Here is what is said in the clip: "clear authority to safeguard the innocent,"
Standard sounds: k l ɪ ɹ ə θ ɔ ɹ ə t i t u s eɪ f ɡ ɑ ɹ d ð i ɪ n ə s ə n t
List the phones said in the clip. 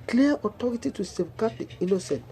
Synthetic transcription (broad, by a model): k l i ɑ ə t ɔ ɹ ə t i t u s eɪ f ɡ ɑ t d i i n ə s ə n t